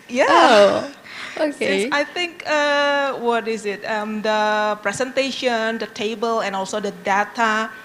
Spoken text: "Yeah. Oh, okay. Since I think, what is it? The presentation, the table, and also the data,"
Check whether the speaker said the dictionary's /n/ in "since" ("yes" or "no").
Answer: no